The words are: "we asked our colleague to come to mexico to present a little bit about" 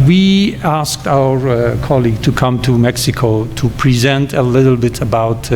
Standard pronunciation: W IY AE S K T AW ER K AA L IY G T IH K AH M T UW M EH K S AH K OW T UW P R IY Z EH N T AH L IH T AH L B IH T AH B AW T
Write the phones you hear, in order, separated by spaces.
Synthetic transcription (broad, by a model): W IY AE S K T AW ER K AA L IY G T IH K AH M T UW M EH K S AH K OW T UW P R IY Z EH N T AH L IH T L B IH T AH B AW T